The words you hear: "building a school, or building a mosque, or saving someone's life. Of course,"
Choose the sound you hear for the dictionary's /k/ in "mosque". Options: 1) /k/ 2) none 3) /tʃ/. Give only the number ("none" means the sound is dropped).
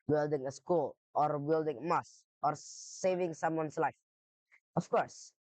2